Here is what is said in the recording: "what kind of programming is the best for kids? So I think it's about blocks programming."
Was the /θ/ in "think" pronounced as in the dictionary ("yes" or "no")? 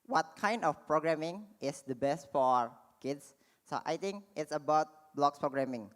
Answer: no